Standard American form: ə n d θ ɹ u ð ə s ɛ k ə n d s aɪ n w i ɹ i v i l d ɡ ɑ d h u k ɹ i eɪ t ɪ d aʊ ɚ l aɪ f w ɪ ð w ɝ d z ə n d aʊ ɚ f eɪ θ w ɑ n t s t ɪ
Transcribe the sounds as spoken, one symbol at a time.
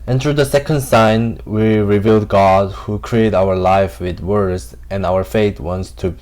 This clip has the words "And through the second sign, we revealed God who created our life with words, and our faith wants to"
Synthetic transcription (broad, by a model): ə n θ ɹ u ð ə s ɛ k ə n d s aɪ n w i ɹ i v i l d ɡ ɑ d h u k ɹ i eɪ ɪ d aʊ ɚ l aɪ f w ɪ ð w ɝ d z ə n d aʊ ɚ f eɪ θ w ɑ n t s t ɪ